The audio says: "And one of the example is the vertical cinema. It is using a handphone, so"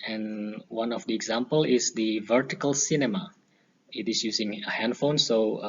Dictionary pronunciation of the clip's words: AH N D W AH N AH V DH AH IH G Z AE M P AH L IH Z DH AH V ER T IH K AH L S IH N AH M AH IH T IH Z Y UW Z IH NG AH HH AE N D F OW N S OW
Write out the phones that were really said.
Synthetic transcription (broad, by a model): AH N W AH N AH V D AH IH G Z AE M P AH L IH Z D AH V ER T IH K AH L S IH N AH M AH IH T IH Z Y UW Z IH NG AH HH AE N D F OW N S OW